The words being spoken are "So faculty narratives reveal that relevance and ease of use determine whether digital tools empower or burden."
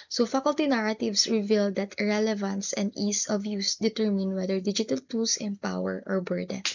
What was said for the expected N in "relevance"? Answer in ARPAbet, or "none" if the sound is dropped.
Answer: N